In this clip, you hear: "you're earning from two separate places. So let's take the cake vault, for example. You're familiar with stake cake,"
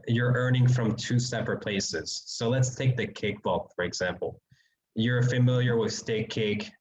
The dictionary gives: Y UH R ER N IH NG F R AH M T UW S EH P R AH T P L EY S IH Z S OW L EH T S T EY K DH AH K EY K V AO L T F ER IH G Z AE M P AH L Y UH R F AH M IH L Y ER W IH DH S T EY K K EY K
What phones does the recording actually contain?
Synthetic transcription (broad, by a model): Y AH R ER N IH NG F R AH M T UW S EH P R AH T P L EY S IH Z S OW L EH T S T EY K DH AH K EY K B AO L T F ER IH G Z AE M P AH L Y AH R F AH M IH L Y ER W IH DH S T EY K K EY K